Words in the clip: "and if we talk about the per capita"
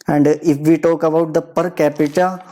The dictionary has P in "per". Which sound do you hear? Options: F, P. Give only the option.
P